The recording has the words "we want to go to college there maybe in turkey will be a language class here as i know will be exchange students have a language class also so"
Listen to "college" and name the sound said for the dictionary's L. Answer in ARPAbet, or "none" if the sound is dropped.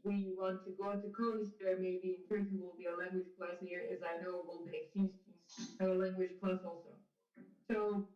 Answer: none